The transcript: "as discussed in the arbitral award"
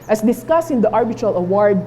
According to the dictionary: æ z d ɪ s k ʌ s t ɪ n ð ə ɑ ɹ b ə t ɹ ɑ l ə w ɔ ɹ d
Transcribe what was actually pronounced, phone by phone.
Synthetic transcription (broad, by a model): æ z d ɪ s k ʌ s ɪ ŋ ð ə ɑ ɹ b ə t ɹ ɑ l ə w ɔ ɹ d